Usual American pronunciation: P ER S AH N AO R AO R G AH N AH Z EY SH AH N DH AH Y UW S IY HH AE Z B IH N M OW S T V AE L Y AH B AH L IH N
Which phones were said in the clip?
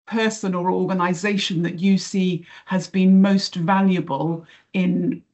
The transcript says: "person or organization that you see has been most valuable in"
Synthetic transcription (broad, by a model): P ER S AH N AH L AO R G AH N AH Z EY SH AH N DH AH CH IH S IY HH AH Z B IH N M OW S T V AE L Y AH B AH L IH N